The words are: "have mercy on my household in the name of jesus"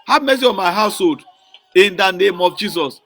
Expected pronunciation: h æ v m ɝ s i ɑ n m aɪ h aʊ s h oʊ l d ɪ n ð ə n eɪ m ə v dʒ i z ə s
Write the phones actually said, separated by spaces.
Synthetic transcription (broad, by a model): h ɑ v m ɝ s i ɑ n m aɪ h aʊ s h oʊ l d ɪ n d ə n eɪ m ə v dʒ i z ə s